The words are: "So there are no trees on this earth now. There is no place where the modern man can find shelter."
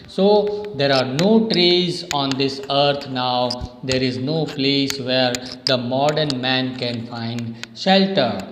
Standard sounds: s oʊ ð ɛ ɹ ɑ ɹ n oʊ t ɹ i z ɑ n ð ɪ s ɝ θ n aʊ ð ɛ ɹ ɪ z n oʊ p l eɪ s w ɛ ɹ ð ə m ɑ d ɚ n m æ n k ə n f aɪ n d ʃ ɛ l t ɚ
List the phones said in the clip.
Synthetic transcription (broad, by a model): s oʊ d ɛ ɹ ɑ ɹ n oʊ t ɹ i z ɑ n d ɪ s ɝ t n aʊ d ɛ ɹ ɪ z n oʊ p l eɪ s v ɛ ɹ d ə m ɑ d ɚ n m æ n k ə n f aɪ n d ʃ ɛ l t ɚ